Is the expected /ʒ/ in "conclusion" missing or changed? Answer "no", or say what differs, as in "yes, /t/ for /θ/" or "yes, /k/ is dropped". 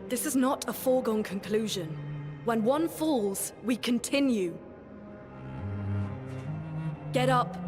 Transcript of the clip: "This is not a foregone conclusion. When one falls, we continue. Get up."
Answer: no